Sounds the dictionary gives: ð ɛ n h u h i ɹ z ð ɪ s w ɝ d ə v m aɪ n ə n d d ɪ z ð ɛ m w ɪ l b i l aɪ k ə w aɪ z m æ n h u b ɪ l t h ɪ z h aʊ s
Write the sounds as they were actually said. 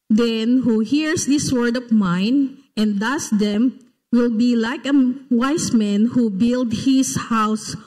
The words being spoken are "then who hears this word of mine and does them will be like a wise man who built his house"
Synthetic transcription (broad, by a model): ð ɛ n h u h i ɹ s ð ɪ s w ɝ d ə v m aɪ n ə n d d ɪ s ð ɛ m w ɪ l b i l aɪ k ə w aɪ s m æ n h u b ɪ l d h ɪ s h aʊ s